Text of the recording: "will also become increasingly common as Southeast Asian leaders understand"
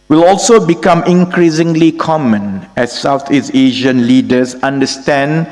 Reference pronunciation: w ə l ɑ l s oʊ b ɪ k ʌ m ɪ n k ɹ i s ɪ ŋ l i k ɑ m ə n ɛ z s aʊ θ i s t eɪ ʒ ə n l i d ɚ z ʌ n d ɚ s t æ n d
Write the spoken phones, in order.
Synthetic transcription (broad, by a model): w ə l ɑ l s oʊ b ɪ k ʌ m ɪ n k ɹ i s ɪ ŋ l i k ɑ m ə n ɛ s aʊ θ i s eɪ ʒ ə n l i d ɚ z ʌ n d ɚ s t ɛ n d